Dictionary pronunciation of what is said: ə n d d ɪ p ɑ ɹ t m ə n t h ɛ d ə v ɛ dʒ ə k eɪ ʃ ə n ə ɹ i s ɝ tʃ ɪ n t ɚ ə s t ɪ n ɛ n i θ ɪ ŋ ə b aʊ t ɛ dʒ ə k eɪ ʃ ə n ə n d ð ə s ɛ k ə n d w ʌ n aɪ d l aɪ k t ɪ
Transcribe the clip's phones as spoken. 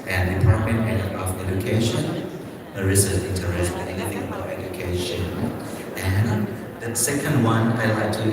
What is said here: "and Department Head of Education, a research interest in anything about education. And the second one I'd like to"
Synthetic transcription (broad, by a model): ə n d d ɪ p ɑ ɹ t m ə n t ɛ ə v ɛ dʒ ə k eɪ ʃ ə n ə ɹ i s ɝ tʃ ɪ n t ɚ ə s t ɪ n ɛ n i θ ɪ ŋ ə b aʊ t ɛ dʒ ə k eɪ ʃ ə n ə n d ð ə s ɛ k ə n d w ʌ n aɪ d l aɪ k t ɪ